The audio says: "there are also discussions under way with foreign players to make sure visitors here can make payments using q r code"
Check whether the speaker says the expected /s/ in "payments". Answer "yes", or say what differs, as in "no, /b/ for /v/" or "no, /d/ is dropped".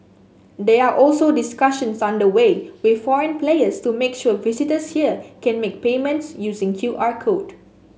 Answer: yes